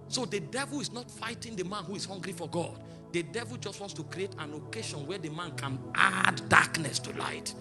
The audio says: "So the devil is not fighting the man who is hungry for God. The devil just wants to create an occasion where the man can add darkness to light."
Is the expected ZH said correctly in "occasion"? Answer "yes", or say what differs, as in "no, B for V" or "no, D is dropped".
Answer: no, SH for ZH